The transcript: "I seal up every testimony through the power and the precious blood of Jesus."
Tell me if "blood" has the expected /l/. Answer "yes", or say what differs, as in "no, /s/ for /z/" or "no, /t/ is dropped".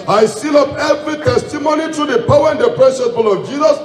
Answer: no, /l/ is dropped